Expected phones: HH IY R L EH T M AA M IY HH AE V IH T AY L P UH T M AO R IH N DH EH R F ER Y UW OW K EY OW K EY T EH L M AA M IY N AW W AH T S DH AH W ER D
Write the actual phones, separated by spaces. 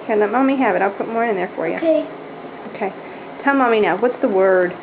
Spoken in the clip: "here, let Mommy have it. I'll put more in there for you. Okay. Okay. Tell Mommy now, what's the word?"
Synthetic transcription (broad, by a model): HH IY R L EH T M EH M IY HH AE V IH T AY L P UH T M AO R IH N DH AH R F ER Y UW OW UH K EY T EH L M AA M IY N AW W AH T S DH AH W ER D